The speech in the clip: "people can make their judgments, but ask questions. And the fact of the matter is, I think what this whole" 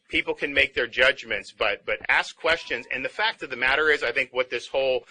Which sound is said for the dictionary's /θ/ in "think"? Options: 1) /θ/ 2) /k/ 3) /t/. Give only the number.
1